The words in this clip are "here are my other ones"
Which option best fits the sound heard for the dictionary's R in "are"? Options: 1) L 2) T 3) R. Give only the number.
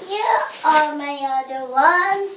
1